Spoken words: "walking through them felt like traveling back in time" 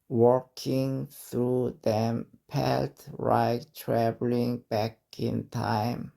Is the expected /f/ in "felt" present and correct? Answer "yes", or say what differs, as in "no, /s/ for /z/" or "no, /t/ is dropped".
no, /p/ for /f/